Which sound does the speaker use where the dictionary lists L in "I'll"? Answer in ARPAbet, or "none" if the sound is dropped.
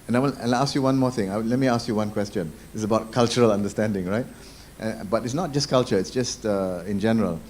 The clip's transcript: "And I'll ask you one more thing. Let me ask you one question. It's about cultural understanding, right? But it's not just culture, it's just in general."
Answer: N